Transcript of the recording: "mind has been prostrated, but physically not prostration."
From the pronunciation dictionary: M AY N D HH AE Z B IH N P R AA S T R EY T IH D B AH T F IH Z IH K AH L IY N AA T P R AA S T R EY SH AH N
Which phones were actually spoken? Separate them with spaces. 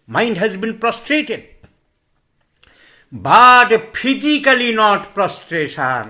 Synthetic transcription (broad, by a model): M AY N D HH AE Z B IH N P R AA S T R EY T IH D B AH T P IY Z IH K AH L IY N AA T P R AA S T R EY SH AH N